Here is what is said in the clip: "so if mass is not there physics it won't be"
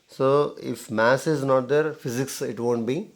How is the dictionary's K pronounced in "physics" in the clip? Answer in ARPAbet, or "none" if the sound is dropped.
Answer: K